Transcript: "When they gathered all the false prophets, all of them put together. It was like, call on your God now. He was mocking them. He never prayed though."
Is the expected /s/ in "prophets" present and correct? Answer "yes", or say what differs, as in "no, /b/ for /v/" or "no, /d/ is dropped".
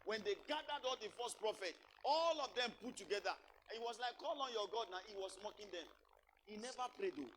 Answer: no, /s/ is dropped